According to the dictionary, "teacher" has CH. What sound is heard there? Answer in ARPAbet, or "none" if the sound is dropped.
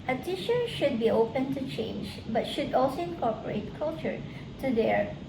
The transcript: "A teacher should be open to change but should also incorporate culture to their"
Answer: SH